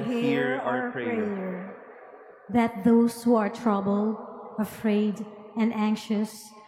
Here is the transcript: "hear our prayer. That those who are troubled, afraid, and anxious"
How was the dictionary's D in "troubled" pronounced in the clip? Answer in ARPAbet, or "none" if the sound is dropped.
none